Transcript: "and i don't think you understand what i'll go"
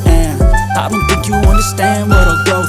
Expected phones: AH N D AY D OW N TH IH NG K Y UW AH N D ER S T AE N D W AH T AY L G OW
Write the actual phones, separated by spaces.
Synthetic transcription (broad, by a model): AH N AY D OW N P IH K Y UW AH N D ER S T AE N D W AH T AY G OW